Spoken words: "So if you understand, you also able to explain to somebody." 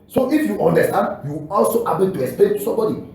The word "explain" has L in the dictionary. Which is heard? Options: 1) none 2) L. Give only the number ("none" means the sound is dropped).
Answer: 1